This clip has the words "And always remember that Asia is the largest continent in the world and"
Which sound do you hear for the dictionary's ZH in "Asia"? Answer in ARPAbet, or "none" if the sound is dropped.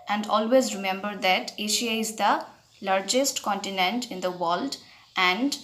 SH